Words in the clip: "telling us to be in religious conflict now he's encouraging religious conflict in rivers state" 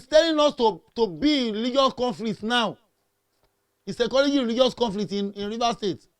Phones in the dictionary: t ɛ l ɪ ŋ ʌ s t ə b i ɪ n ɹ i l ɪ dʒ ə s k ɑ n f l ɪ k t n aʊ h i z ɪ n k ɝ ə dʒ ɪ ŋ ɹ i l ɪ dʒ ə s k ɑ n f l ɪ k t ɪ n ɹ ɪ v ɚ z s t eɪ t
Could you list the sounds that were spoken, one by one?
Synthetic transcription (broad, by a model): t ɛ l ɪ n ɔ s t ə b i ɪ n ɹ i l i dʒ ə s k ɑ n f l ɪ k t n aʊ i s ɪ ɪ k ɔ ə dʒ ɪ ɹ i l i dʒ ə s k ɑ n f l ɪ k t ɪ n ɹ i v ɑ s t eɪ t